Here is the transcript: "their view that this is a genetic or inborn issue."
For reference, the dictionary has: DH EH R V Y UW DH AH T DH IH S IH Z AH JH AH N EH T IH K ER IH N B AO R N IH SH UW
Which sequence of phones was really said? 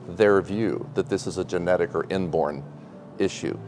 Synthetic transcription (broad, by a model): DH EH R V Y UW DH AH T DH IH S IH Z AH JH AH N EH T IH K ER IH N B AO R N IH SH UW